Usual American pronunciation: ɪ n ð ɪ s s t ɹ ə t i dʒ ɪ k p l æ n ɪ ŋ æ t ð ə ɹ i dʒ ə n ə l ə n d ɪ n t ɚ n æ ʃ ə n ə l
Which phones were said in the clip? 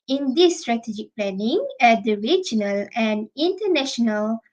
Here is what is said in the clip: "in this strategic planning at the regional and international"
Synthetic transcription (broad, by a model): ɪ n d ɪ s s t ɹ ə t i dʒ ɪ k p l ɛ n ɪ ŋ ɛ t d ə ɹ i dʒ ə n ə l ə n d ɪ n t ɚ n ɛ ʃ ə n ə l